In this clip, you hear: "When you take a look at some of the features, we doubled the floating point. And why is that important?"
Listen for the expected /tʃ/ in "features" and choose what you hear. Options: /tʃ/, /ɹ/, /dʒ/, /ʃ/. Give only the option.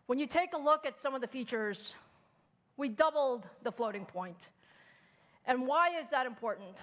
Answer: /tʃ/